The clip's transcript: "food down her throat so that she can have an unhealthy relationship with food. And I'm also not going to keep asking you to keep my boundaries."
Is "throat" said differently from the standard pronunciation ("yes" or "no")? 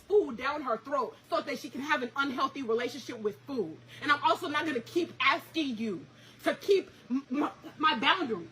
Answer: no